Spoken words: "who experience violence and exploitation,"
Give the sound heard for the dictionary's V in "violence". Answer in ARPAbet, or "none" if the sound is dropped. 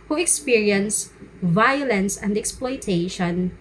V